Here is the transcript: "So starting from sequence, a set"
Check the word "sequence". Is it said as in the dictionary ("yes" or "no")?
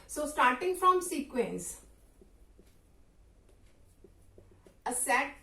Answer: yes